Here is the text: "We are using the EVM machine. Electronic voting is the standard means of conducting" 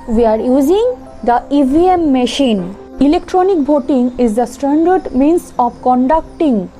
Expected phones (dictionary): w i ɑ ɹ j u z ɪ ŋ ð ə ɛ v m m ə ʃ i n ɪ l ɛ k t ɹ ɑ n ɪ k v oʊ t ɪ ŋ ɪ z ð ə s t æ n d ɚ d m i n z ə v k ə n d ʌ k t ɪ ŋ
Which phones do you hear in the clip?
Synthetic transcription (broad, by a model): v i ɑ ɹ j u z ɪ ŋ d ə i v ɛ m ə ʃ i n ɪ l ɛ k t ɹ ɑ n ɪ k b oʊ t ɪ ŋ ɪ z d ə s t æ n d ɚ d m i n s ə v k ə n d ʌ k t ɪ ŋ